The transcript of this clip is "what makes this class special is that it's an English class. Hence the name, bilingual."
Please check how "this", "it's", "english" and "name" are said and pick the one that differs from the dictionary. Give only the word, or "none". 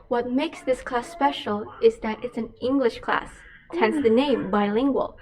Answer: none